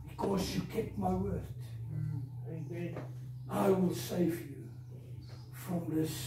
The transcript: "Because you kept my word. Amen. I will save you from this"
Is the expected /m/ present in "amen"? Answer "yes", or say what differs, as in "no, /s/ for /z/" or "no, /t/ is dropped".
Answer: no, /m/ is dropped